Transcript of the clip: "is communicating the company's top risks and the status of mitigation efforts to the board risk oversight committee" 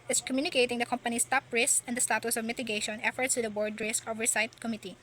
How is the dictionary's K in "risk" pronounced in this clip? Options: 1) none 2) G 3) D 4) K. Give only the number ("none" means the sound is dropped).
4